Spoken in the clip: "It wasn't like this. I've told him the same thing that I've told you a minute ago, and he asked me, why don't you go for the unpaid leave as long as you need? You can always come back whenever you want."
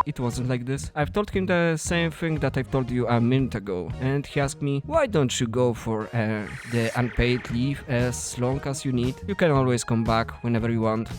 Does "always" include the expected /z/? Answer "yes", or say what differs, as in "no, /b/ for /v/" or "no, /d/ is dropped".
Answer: no, /s/ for /z/